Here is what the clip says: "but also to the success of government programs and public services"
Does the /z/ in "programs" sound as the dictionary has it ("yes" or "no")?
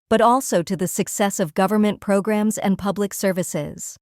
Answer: yes